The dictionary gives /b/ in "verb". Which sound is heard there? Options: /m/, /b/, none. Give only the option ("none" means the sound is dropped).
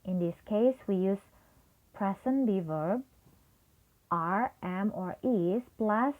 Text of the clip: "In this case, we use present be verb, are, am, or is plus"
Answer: /b/